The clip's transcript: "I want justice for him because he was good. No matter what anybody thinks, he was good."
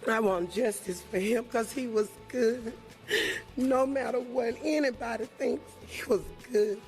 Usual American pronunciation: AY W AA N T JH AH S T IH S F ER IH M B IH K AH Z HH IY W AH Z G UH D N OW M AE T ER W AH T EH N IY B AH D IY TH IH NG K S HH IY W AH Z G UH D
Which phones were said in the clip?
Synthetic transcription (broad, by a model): AY W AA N JH AH S T IH S F ER IH M K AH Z HH IY W AH Z G UH D N OW M AE T ER W AH T EH N IY B AH D IY TH IH NG K S HH IY W AH Z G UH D